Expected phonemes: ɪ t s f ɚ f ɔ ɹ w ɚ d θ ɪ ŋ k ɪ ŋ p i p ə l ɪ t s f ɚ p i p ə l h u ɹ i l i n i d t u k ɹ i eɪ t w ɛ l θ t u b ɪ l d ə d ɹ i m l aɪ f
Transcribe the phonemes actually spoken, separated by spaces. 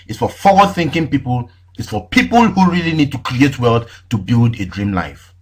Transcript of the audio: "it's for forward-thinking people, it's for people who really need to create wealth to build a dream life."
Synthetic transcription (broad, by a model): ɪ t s f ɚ f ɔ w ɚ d θ ɪ ŋ k ɪ ŋ p i p ə l ɪ t s f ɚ p i p ə l h u ɹ i l i n i d t u k ɹ i eɪ t w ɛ l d t u b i l d ə d ɹ i m l aɪ f